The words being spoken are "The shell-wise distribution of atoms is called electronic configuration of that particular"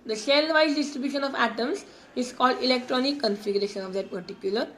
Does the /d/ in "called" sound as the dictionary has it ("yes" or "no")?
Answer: yes